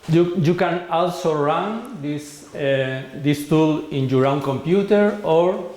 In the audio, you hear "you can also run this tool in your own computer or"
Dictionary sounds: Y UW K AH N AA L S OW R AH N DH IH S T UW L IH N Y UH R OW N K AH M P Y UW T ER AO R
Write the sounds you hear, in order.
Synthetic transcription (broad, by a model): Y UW K AH N AA L S OW R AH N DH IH S T UW L IH N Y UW R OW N K AH M P Y UW T ER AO R